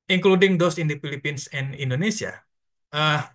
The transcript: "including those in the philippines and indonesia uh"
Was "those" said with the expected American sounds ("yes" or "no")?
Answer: no